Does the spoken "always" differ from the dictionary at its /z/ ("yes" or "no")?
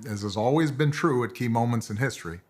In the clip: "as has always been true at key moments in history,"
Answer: no